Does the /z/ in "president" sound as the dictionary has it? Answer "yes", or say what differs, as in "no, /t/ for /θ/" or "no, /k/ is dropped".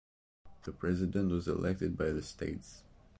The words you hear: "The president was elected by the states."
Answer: yes